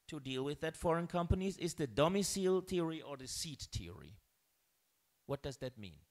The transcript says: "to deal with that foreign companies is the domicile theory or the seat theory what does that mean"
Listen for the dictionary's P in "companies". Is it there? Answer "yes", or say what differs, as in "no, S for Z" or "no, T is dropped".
yes